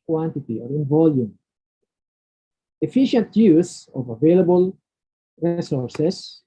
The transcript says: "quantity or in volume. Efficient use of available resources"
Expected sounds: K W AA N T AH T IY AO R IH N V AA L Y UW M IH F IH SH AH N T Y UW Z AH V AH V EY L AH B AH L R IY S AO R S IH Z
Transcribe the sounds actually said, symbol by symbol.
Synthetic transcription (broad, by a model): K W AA N T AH T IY AO R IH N V AA L Y UW M IH F IH SH AH N T Y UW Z AH V AH V EY L AH B AH L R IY S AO R S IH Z